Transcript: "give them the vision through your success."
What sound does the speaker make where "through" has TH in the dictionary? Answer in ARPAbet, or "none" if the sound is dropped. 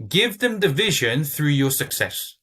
TH